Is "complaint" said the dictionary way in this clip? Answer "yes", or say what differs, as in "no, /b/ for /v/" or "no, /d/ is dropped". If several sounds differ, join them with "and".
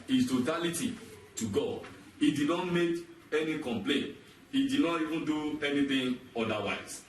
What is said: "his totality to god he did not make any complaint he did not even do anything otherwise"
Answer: yes